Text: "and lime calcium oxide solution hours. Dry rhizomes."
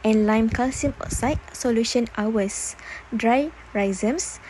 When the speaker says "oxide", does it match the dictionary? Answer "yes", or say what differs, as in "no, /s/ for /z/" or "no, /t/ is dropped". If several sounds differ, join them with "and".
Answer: no, /k/ is dropped